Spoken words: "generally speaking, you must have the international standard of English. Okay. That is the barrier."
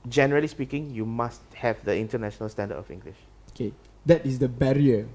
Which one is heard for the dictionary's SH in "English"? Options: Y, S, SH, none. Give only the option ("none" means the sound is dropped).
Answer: SH